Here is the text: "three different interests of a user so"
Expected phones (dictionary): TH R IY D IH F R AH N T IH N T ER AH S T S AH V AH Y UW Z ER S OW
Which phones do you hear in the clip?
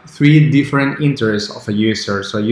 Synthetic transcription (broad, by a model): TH R IY D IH F R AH N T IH N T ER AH S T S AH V AH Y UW S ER S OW